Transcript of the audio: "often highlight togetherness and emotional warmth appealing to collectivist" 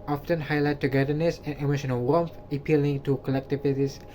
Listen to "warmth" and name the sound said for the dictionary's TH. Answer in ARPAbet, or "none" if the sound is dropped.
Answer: F